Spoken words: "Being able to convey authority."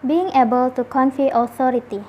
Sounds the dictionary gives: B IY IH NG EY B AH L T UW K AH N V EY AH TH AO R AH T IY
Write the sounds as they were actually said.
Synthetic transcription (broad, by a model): B IY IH NG EY B AH L T UW K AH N F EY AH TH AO R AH T IY